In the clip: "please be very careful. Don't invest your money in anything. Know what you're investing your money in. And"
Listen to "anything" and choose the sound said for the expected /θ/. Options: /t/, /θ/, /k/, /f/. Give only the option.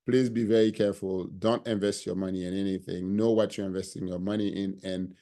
/θ/